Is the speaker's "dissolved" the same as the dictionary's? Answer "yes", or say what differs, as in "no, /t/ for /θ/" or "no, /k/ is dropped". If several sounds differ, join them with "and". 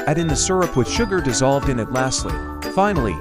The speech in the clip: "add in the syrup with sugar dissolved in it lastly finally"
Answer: yes